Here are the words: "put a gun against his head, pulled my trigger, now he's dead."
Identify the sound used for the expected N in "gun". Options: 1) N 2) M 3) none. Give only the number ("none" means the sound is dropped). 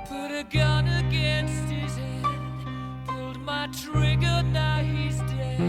1